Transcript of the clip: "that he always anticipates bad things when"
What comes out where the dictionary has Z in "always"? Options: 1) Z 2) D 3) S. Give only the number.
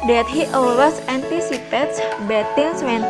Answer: 3